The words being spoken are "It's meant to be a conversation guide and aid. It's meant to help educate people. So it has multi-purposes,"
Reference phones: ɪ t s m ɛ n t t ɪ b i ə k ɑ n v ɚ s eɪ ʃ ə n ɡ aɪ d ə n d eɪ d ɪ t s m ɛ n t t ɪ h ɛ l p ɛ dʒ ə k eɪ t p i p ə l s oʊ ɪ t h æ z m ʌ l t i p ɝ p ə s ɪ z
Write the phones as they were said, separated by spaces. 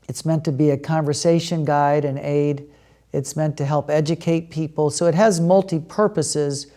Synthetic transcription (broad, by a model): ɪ t s m ɛ n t t ɪ b i ə k ɑ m v ɚ s eɪ ʃ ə n ɡ aɪ d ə n eɪ d ɪ t s m ɛ n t t ɪ h ɛ l p ɛ dʒ ə k eɪ t p i p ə l s oʊ ɪ t h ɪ z m ʌ l t i p ɝ p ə s ɪ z